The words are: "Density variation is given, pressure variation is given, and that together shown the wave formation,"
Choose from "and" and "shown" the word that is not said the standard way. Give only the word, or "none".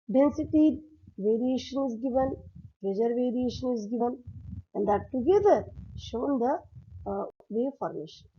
none